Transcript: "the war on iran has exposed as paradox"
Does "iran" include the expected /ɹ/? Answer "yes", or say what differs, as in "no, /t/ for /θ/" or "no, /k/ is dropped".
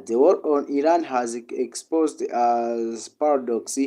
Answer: yes